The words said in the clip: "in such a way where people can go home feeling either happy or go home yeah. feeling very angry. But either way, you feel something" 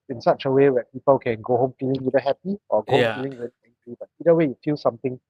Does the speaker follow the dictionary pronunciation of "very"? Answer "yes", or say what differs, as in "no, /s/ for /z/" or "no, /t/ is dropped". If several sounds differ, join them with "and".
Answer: no, /w/ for /v/